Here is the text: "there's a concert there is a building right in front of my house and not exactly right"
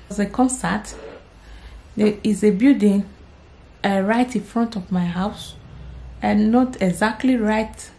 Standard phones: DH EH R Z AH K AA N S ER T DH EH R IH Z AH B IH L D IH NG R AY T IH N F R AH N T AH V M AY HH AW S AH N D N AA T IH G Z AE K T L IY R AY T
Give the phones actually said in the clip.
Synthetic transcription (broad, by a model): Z AH K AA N S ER T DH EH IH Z AH B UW D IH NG R AY T IH N F R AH N T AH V M AY HH AW S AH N N AA T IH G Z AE K T L IY R AY T